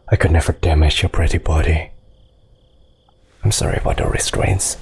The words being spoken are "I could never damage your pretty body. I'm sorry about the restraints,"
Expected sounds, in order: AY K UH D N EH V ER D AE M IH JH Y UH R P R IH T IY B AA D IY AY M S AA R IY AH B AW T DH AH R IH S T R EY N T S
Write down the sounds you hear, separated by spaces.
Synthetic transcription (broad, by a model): AY K UH D N EH V ER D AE M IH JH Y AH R P R IH T IY B AA D IY AY M S AA R IY AH B AW T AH R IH S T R EY N T S